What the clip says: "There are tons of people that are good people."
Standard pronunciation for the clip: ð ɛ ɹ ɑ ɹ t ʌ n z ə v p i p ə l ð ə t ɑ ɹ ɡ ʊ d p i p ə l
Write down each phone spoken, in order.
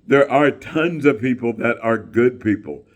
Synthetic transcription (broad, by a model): ð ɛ ɹ ɑ ɹ t ʌ n z ə v p i p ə l ð ə t ɑ ɹ ɡ ʊ d p i p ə l